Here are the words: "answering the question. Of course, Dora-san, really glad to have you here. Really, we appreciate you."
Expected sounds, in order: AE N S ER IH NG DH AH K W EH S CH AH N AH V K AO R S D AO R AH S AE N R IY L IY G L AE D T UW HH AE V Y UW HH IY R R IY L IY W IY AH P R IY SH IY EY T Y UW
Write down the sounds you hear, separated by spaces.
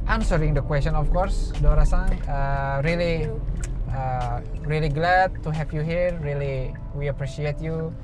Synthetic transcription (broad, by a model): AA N S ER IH NG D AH K W EH S CH AH N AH F K AO R S D AO R AH S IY L R IY L IY G L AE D T UW HH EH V Y UW HH IY R R IY L IY W IY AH P R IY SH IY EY T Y UW